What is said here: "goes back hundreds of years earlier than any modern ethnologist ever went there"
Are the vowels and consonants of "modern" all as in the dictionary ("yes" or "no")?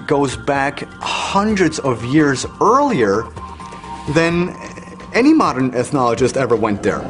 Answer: yes